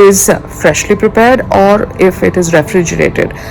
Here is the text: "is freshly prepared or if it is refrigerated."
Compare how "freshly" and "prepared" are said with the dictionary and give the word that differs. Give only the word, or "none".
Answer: none